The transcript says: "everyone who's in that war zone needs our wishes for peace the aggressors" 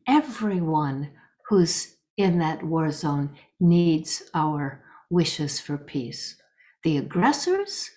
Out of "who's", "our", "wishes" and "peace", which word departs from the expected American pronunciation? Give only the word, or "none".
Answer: none